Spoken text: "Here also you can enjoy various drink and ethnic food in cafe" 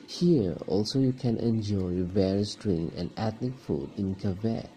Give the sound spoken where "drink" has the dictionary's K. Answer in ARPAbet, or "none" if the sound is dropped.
none